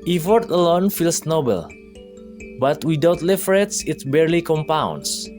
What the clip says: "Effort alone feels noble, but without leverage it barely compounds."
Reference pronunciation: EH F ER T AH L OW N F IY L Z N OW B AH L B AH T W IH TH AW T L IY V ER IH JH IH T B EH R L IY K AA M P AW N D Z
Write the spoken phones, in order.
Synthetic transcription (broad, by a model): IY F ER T AH L OW N F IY L S N OW B AH L B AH T W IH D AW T L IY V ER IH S IH T B EH R L IY K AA M P AW N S